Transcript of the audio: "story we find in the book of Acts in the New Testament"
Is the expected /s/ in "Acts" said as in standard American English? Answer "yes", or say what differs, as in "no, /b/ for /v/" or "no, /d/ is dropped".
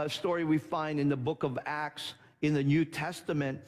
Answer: yes